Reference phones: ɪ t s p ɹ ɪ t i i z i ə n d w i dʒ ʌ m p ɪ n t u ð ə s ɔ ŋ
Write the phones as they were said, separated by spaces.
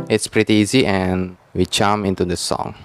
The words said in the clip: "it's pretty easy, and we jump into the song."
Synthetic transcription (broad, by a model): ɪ t s p ɹ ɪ t i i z i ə n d w i tʃ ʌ m ɪ n t u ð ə s ɔ ŋ